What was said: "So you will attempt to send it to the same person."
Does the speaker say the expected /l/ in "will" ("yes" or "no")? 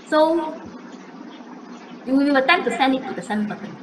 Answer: no